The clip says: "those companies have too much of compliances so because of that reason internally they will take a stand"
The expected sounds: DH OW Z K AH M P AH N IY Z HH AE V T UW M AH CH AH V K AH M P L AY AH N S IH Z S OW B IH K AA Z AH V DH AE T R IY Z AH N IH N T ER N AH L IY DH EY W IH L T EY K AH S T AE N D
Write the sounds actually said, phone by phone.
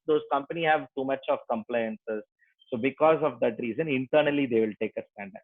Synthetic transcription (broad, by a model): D OW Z K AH M P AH N IY HH AE V T UW M AH CH AH V K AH M P L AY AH N S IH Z S OW B IH K AA Z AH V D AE T R IY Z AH N IH N T ER N AH L IY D EY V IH L T EY K AH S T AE N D